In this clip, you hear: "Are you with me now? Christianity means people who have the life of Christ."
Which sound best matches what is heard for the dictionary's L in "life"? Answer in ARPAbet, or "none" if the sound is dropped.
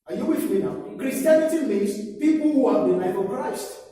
N